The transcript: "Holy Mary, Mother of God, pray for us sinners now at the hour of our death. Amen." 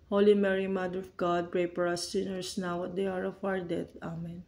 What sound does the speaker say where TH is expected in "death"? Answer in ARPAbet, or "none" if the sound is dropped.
T